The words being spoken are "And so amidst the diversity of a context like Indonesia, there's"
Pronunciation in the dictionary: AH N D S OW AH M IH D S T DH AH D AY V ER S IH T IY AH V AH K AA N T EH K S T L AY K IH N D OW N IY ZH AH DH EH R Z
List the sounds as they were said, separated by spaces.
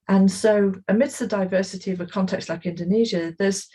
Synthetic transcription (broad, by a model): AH N S OW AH M IH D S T DH AH D AY V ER S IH T IY AH V AH K AA N T EH K S T L AY K IH N D OW N IY ZH AH DH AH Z